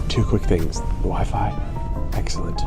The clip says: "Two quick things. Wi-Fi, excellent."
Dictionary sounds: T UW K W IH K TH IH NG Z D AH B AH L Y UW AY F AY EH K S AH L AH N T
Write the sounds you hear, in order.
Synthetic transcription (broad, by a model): T UW K W IH K TH IH NG Z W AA AH F AY EH K S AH L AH N T